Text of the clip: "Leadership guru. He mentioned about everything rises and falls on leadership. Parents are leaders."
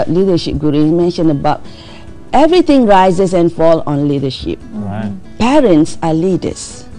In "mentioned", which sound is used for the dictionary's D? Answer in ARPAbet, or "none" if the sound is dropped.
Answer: none